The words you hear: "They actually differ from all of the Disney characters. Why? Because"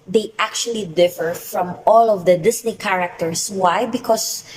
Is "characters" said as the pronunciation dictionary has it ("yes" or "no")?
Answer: no